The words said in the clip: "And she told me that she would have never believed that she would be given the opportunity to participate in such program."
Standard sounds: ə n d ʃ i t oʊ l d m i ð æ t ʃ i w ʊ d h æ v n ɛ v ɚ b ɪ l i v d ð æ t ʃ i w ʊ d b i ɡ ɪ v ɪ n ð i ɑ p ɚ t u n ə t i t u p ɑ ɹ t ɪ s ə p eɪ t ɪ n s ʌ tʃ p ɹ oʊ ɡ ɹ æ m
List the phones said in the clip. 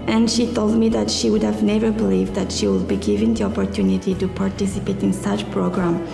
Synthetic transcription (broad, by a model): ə n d ʃ i t oʊ l d m i ð æ t ʃ i w ʊ d h æ v n ɛ v ɚ b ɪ l i v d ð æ t ʃ i w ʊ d b i ɡ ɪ v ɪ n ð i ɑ p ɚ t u n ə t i t u p ɑ ɹ t ɪ s ə p eɪ t ɪ n s ʌ tʃ p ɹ oʊ ɡ ɹ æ m